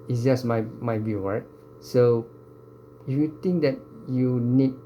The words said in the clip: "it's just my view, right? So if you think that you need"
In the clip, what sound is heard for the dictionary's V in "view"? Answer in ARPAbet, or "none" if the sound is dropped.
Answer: B